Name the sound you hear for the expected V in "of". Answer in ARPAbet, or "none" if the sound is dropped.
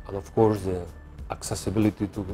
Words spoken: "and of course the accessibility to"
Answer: F